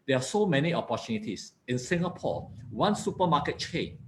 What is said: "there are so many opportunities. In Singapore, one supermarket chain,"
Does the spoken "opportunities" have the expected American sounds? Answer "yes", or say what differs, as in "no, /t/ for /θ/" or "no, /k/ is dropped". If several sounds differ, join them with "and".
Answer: no, /s/ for /z/